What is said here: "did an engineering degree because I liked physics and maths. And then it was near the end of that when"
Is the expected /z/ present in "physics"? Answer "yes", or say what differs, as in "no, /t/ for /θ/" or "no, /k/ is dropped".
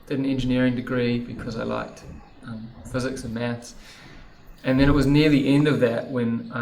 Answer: yes